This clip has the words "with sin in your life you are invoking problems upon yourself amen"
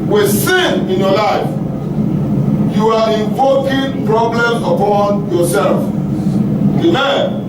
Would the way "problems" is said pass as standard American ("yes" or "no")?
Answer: no